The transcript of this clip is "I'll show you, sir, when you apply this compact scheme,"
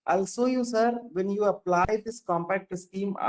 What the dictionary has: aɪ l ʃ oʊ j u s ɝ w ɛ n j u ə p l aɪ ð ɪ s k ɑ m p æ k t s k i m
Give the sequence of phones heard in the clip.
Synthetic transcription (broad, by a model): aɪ l s oʊ j u s ɝ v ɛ n j u ə p l aɪ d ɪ s k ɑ m p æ k t s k i m